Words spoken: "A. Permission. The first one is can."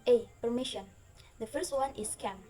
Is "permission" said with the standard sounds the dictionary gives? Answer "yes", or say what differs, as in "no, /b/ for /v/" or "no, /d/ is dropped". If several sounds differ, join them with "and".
yes